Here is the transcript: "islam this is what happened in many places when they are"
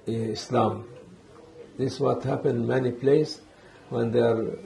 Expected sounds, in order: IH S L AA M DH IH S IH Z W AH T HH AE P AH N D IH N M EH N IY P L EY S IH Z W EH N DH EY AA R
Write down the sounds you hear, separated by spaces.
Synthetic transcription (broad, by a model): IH S L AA M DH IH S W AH T HH AE P AH N D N M EH N IY P L EY IH S W EH N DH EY R